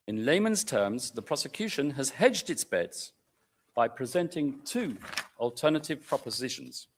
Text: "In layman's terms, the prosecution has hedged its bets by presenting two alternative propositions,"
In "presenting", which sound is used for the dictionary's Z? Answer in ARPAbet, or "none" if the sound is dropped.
Z